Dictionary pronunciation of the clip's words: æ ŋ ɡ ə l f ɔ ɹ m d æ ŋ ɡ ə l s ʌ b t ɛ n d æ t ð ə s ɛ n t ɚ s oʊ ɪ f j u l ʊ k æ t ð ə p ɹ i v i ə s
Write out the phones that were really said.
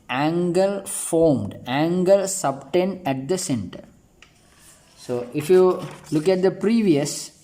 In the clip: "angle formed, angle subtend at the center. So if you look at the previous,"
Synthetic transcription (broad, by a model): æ ŋ ɡ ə l f ɔ ɹ m d æ ŋ ɡ ə l s ʌ b t ɛ n d æ t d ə s ɛ n t ɚ s oʊ ɪ f j u l ʊ k æ t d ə p ɹ i v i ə s